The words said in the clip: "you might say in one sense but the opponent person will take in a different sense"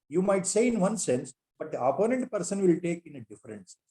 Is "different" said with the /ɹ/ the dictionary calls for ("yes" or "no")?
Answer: no